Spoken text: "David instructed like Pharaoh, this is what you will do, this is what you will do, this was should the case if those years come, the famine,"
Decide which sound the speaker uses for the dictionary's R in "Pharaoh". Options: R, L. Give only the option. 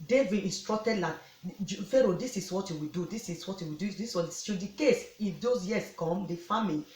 R